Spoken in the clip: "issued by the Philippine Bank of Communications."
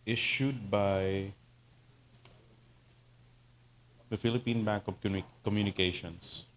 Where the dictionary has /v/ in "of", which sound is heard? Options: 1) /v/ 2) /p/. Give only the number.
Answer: 2